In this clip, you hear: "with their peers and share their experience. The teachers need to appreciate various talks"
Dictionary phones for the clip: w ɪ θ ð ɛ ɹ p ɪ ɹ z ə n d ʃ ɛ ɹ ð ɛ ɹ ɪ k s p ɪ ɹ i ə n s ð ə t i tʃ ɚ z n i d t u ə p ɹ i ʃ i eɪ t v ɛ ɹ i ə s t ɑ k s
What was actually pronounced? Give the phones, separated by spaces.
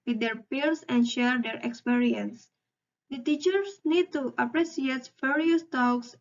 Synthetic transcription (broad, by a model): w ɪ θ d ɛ ɹ p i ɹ s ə n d ʃ ɛ ɹ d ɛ ɹ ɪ k s p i ɹ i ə n s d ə t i tʃ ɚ s n i d t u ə p ɹ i s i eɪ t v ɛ ɹ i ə s t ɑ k s